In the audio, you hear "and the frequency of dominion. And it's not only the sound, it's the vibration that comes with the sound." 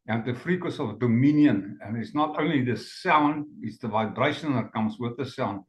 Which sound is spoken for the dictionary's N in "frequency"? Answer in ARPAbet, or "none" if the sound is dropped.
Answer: none